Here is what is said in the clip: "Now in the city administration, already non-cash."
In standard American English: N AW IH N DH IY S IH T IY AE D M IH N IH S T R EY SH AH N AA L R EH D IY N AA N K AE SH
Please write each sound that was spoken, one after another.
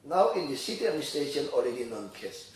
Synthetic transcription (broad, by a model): N AW IH N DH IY S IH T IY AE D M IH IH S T EY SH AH N AA L R EH D IY N AA N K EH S